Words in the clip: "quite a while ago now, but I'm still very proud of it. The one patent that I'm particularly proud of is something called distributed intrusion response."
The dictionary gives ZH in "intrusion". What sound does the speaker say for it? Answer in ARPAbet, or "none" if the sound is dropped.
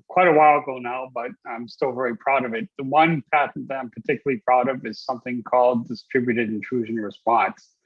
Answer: ZH